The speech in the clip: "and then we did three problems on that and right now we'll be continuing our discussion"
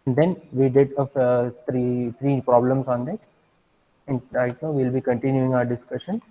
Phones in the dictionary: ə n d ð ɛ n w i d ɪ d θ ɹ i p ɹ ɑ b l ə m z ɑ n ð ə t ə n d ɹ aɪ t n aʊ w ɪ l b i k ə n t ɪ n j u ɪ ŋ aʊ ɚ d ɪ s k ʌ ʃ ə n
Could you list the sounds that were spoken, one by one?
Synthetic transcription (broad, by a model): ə n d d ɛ n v i d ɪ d t ɹ i p ɹ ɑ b l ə m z ɑ n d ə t ə n d l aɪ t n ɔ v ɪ l b i k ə n t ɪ n j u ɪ ŋ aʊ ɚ d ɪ s k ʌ ʃ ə n